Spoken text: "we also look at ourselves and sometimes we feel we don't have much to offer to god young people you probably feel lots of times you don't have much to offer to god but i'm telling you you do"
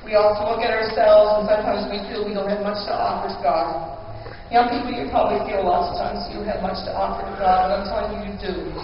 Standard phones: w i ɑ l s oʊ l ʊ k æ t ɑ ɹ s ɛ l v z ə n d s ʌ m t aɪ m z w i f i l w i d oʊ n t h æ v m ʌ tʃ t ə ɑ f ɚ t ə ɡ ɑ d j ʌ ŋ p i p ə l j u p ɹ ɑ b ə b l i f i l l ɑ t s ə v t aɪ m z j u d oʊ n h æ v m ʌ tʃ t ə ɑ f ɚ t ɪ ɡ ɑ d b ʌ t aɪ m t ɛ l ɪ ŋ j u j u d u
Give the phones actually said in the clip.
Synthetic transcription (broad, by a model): w i ɑ l s oʊ l ʊ k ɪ t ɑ ɹ s ɛ l v z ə n s ʌ m t aɪ m z w i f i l w i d oʊ n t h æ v m ʌ tʃ t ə ɑ f ɚ t ə ɡ ɑ d j ʌ ŋ p i p l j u p ɹ ɑ b ə b l i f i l l ɑ t s ə v t aɪ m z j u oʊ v m ʌ tʃ t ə ɑ f ɚ t ɪ ɡ ɑ d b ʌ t aɪ m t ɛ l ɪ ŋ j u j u d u